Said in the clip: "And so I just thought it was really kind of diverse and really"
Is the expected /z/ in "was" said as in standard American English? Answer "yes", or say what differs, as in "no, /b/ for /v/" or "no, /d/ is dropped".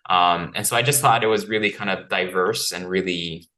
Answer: yes